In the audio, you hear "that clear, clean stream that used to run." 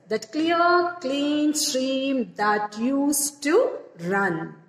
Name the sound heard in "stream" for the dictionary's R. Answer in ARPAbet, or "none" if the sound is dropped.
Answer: R